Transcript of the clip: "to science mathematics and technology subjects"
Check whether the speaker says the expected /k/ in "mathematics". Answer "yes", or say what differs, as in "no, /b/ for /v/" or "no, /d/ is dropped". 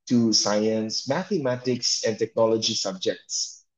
yes